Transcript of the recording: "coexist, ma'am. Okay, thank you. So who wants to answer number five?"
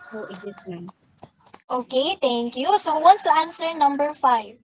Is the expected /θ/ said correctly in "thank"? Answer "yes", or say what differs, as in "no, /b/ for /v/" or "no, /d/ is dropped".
no, /t/ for /θ/